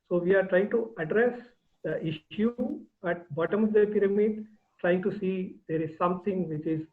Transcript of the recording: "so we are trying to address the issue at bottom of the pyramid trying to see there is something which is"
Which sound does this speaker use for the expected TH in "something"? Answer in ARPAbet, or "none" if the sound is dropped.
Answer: T